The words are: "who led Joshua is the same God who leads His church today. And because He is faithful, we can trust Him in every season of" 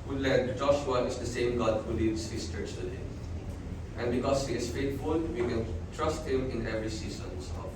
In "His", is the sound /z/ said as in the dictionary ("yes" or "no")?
no